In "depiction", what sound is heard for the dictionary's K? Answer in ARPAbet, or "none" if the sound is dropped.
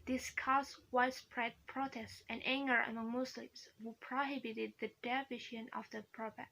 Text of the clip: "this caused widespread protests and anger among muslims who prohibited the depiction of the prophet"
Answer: none